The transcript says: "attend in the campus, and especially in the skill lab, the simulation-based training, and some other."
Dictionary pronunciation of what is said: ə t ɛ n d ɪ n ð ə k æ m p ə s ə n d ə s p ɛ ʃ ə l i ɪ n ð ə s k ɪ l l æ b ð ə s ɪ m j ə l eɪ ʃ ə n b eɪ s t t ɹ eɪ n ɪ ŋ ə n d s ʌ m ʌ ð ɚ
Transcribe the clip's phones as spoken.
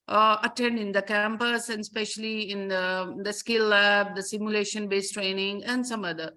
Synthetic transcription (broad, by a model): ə t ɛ n d ɪ n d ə k æ m p ə s ə n d s p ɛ ʃ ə l i ɪ n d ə s k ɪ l l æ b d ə s ɪ m j ə l eɪ ʃ ə n b eɪ s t t ɹ eɪ n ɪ ŋ ə n d s ʌ m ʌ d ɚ